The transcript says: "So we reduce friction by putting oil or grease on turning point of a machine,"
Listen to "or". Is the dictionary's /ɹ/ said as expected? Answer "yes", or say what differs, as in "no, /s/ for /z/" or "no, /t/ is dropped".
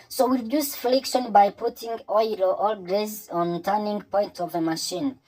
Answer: no, /l/ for /ɹ/